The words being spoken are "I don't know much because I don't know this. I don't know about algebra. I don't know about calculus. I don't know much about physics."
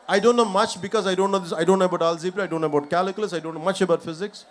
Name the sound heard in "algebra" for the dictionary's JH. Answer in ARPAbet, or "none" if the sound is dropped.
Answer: Z